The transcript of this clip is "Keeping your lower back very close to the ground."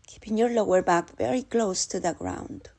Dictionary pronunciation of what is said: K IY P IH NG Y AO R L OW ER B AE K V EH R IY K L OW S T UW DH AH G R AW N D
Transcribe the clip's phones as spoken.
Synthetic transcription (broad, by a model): K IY P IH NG Y AO R L OW ER B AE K V EH R IY K L OW S T UW DH AH G R AW N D